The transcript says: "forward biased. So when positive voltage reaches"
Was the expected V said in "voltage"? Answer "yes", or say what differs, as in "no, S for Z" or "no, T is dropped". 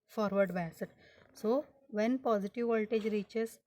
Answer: yes